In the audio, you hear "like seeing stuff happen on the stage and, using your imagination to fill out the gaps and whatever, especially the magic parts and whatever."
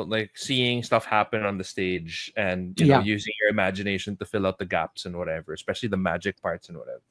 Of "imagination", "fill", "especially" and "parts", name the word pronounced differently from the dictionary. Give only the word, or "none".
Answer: none